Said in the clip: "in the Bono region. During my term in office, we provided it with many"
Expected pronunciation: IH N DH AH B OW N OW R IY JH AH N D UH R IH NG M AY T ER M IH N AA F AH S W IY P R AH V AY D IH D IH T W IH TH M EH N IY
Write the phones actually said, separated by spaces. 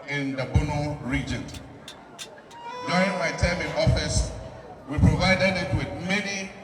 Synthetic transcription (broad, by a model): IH N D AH B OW N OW R IY JH AH N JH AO IH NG M AY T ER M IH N AA F AH S W IY P R AH V AY D IH D IH T W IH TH M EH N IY